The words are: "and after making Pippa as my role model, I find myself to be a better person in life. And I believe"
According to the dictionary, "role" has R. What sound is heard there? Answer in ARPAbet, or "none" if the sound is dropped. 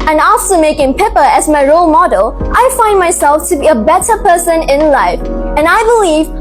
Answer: R